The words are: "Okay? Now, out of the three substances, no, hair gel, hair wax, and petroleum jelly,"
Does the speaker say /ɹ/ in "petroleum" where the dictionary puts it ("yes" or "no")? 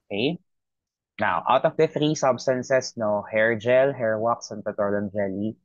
no